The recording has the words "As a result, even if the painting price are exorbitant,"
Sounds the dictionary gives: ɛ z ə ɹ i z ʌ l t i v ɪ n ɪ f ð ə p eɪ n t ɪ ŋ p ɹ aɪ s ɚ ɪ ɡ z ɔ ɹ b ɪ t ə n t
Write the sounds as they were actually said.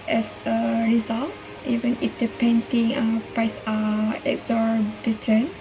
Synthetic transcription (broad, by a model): ɛ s ə ɹ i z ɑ l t i v ɪ n ɪ f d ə p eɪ n t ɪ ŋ p ɹ aɪ s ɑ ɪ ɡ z ɔ ɹ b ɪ t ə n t